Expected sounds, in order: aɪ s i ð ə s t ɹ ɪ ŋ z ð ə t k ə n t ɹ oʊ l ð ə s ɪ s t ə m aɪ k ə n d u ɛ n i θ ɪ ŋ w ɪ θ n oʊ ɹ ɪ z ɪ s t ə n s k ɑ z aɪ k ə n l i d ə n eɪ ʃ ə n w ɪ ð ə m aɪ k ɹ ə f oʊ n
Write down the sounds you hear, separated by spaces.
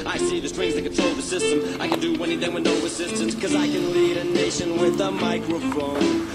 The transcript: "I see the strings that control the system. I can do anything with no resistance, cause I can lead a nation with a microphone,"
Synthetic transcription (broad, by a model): aɪ s i ð ə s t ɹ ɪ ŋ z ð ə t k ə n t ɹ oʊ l ð ə s ɪ s t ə m aɪ k ə n d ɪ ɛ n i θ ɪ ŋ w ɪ n oʊ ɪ s ɪ s t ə n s k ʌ z aɪ k ə n l i d ə n eɪ ʃ ə n w ɪ ð ə m aɪ k ɹ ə f oʊ n